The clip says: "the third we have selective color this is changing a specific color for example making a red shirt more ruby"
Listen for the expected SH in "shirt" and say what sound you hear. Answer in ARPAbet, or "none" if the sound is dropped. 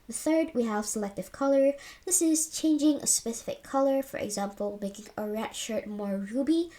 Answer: SH